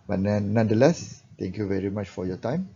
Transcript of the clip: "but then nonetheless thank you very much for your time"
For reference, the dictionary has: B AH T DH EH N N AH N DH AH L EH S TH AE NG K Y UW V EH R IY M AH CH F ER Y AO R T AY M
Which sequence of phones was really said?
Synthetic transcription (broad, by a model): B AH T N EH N N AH N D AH L EH S T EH NG K Y UW V EH R IY M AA CH F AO Y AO T AY M